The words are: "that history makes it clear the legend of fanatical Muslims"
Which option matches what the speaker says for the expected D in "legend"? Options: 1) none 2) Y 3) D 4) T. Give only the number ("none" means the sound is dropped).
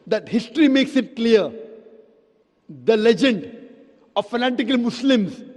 3